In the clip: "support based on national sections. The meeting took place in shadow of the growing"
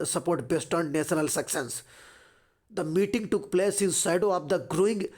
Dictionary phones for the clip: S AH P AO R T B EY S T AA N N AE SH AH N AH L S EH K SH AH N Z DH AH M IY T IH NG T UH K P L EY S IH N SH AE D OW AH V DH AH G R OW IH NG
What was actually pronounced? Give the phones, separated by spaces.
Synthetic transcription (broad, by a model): S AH P AO R T B EY S T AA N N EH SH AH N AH L S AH K S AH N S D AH M IY T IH NG T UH K P L EY S IH N S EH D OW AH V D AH G R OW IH NG